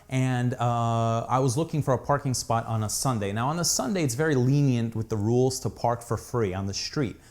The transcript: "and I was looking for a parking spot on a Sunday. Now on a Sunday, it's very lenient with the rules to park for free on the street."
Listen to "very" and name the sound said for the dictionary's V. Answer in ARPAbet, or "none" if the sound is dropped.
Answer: V